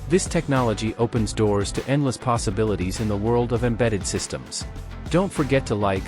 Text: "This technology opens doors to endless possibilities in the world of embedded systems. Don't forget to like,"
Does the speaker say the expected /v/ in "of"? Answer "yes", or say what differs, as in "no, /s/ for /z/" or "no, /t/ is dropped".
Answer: yes